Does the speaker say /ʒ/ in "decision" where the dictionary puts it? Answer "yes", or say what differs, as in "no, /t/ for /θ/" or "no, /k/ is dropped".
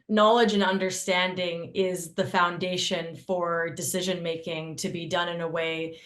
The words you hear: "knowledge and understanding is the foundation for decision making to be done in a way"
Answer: yes